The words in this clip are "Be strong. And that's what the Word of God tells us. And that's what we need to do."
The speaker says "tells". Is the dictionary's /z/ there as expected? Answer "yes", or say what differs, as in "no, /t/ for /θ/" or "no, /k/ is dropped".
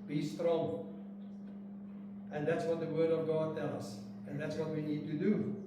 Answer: no, /z/ is dropped